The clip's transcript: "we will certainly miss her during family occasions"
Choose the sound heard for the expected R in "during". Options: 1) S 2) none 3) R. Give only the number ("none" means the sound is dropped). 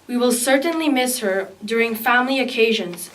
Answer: 3